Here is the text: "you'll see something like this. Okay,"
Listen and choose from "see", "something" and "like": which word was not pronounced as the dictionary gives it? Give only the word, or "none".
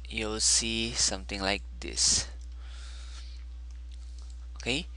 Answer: something